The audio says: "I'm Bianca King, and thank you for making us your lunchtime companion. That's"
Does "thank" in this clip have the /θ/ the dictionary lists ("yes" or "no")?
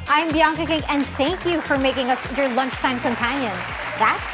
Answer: yes